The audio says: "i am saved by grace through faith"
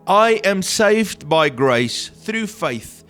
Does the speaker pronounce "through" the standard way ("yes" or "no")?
yes